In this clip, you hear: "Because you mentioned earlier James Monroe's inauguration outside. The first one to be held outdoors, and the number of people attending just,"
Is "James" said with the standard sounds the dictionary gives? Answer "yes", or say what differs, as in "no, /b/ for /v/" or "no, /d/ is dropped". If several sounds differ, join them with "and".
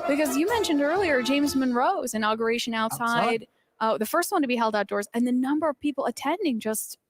yes